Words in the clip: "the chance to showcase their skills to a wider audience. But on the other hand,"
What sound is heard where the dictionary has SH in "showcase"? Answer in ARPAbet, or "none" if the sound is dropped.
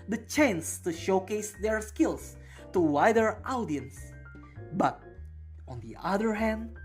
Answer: SH